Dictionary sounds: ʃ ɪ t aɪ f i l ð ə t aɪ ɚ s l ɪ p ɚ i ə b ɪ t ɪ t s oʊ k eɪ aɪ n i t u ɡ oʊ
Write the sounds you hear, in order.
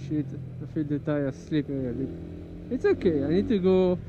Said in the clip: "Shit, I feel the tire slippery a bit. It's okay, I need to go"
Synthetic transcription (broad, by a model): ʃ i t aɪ f i l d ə t aɪ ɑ s l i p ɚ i ə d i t ɪ t s oʊ k eɪ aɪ n i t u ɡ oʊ